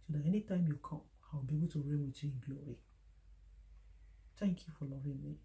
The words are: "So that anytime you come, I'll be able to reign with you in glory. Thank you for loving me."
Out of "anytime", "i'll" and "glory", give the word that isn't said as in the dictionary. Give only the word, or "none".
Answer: i'll